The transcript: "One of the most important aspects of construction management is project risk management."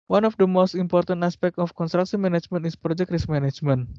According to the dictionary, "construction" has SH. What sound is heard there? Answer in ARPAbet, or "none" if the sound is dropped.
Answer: S